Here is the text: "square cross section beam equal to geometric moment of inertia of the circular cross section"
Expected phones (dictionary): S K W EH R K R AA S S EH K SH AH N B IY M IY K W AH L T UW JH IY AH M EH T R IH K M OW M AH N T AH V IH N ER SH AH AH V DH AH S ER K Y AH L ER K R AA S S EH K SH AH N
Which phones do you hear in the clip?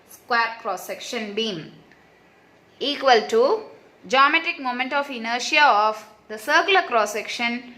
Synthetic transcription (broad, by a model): S K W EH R K R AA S S EH K SH AH N B IY M IY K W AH L T UW JH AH M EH T IH K M OW M AH N T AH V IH N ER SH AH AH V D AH S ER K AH L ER K R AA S S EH K SH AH N